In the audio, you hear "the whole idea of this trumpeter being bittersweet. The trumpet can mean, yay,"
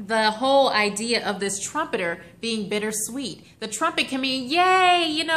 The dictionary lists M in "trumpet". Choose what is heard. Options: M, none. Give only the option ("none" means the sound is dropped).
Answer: M